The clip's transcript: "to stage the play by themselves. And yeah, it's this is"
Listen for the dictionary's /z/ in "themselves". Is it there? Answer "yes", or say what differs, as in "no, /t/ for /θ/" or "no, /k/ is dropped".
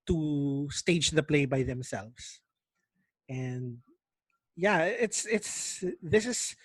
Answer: no, /s/ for /z/